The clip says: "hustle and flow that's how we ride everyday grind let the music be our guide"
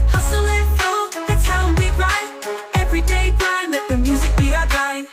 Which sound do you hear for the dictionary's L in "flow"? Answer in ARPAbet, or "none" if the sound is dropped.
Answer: none